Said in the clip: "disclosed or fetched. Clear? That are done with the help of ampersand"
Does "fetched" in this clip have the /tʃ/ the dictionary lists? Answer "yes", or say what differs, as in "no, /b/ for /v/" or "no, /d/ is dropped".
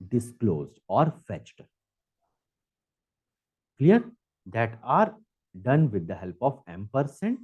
yes